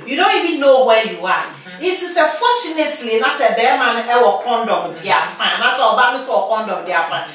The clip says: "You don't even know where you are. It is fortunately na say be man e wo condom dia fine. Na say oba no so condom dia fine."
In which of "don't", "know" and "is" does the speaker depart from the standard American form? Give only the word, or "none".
is